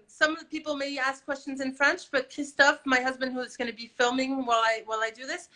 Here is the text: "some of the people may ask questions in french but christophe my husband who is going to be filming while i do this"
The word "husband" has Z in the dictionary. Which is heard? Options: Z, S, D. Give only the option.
Z